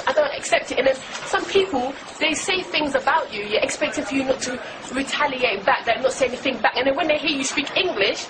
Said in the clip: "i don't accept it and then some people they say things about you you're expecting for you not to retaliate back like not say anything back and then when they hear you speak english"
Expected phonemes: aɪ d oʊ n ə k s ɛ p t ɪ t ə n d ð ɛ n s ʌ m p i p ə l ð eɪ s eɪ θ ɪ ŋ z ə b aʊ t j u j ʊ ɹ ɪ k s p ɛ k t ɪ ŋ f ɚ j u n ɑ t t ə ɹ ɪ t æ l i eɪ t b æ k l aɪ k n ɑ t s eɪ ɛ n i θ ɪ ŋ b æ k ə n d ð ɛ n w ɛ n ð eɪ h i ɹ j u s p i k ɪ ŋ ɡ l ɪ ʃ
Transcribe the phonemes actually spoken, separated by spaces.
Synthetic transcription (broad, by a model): aɪ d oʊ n ə k s ɛ p t ɪ t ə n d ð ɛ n s ʌ m p i p ə l ð eɪ s eɪ θ ɪ ŋ z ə b aʊ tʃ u j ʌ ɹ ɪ k s p ɛ k t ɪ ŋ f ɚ j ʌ n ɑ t t ə ɹ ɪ t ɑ l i eɪ t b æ k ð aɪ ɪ n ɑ t s eɪ ɛ n i θ ɪ ŋ b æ k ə n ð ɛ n w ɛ n ð eɪ h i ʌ j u s p i k ɪ ŋ ɡ l ɪ ʃ